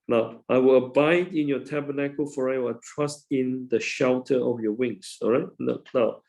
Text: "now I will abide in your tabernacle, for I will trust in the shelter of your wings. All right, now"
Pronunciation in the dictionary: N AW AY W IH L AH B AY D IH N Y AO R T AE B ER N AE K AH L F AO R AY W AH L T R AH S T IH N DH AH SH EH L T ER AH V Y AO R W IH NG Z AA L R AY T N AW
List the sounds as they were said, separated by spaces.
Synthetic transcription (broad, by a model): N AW AY W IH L AH B AY D IH N Y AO T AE B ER N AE K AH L F AO R AY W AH T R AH S T IH N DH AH SH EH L T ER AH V Y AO W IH NG S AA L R AY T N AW